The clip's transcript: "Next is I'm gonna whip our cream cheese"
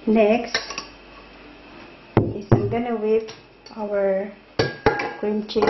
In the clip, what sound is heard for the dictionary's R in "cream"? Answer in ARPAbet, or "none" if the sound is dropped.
none